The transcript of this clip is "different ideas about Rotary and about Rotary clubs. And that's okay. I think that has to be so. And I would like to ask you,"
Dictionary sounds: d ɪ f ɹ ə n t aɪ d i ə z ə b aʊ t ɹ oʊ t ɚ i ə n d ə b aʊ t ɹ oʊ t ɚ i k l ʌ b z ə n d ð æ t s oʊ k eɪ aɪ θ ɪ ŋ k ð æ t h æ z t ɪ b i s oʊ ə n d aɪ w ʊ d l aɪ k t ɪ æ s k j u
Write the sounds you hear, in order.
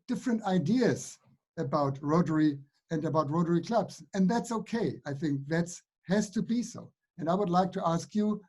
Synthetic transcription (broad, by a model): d ɪ f ɹ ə n t aɪ d i ə z ə b aʊ t ɹ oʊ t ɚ i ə n ə b aʊ t ɹ oʊ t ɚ i k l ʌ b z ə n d ð æ t s oʊ k eɪ aɪ θ ɪ ŋ k ð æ t h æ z t ɪ b i s oʊ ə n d aɪ w ʊ d l aɪ k t ɪ æ s k j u